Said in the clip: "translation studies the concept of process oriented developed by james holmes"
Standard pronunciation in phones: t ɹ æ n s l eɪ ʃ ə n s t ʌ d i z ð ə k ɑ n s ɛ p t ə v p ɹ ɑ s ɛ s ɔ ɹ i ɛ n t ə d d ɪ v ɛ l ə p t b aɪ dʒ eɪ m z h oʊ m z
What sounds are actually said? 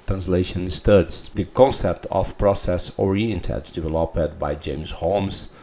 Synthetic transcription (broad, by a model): t ɹ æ n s l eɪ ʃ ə n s t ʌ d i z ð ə k ɑ n s ɛ p t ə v p ɹ ɑ s ɛ s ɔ ɹ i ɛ n t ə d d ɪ v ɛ l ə p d b aɪ dʒ eɪ m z h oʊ m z